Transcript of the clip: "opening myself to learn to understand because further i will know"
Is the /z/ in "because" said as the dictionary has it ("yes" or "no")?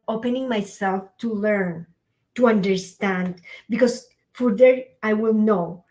no